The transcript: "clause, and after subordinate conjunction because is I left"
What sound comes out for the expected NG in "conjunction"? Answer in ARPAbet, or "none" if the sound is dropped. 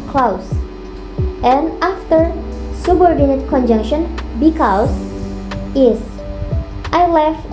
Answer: NG